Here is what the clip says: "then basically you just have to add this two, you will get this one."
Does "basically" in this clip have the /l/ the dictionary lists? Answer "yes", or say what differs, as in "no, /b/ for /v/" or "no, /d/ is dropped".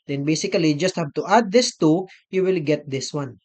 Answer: no, /l/ is dropped